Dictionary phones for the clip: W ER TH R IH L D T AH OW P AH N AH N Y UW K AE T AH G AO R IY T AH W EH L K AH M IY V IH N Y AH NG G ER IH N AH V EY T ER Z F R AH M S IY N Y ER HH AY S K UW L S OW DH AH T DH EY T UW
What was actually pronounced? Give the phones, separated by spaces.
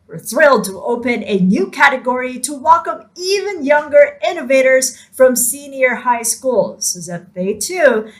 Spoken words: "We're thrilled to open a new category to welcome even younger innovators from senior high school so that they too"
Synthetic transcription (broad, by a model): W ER TH R IH L D T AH OW P AH N AH N Y UW K AE T AH G AO R IY T AH W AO K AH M IY V IH N Y AH NG G ER IH N AH V EY T ER Z F R AH M S IY N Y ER HH AY S K UW L S OW DH AH T DH EY T UW